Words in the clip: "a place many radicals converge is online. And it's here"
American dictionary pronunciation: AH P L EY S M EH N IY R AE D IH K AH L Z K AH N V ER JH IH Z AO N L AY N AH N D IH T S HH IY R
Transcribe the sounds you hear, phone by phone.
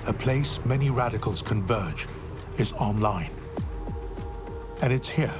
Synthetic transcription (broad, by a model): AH P L EY S M EH N IY R AE D IH K AH L Z K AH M V ER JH IH Z AO N L AY N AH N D IH T S HH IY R